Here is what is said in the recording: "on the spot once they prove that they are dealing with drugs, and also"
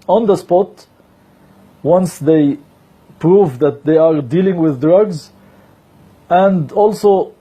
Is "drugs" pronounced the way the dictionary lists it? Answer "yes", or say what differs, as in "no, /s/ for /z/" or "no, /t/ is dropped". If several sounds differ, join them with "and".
yes